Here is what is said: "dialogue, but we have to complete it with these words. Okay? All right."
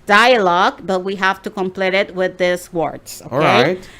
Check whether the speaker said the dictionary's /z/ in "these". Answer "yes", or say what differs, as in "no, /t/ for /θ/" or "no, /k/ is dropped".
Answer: no, /s/ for /z/